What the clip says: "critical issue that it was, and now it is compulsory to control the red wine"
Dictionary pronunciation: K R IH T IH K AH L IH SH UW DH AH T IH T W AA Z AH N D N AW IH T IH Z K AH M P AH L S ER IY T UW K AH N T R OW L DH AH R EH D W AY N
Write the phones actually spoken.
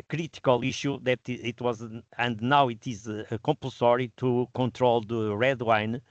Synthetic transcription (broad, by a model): K R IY T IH K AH L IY SH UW DH AH T IH T W AA Z AH N D N AW IH T IH Z K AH M P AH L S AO IY T UW K AH N T R OW L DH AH R EH D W AY N